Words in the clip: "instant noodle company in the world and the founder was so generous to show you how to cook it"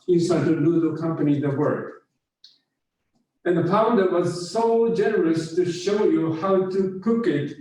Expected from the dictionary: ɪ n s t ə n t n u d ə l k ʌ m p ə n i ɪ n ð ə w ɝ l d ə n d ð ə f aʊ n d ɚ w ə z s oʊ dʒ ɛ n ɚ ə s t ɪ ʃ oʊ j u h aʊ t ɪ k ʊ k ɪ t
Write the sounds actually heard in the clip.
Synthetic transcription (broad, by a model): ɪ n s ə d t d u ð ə k ʌ m p ə n i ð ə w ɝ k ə n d ð ə p aʊ n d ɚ w ə z s oʊ dʒ ɛ n ɚ ə s t ɪ ʃ oʊ j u h aʊ t ɪ k ʊ k ɪ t